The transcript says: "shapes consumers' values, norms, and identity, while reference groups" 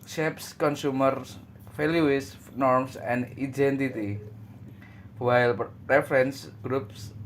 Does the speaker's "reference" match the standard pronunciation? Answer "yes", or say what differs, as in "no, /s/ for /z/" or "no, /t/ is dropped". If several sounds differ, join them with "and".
yes